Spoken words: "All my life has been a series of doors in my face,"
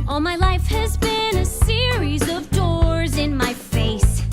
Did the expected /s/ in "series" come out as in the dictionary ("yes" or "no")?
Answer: yes